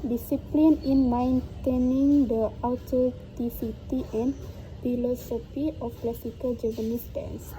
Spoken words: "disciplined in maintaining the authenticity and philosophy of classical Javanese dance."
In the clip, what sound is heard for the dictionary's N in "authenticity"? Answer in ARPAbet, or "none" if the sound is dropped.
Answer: none